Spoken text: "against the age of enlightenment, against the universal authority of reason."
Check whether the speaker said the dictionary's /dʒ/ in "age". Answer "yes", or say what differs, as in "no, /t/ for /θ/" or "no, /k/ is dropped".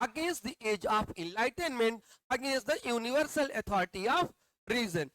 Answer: yes